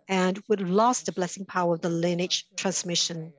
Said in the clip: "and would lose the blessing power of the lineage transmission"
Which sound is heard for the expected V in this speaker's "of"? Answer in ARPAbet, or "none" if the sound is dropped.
V